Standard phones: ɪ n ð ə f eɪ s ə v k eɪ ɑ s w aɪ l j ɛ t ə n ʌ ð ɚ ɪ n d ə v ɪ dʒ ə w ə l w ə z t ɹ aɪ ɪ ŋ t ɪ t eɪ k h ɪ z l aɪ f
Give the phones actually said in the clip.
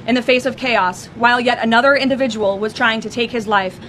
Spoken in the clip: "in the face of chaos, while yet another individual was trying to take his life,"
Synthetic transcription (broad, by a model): ɪ n ð ə f eɪ s ə v k eɪ ɑ s w aɪ l j ɛ t ə n ʌ ð ɚ ɪ n d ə v ɪ dʒ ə w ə l w ə z t ɹ aɪ ɪ ŋ t ɪ t eɪ k h ɪ z l aɪ f